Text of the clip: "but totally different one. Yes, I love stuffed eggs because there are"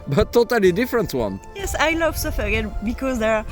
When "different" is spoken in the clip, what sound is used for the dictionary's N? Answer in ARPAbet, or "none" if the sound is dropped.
N